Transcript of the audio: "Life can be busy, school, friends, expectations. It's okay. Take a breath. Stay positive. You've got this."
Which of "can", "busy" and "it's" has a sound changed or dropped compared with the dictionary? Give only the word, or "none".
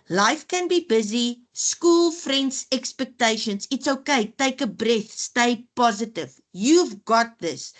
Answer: none